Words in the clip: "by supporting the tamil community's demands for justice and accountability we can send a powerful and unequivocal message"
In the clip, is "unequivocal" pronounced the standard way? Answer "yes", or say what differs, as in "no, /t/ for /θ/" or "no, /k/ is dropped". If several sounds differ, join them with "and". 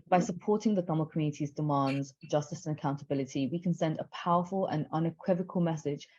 yes